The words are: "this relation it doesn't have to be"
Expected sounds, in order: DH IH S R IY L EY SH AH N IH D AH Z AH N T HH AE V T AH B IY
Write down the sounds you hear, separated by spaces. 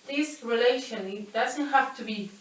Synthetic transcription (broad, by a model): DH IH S R IY L EY SH AH N IH D AH Z AH N T HH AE F T AH B IY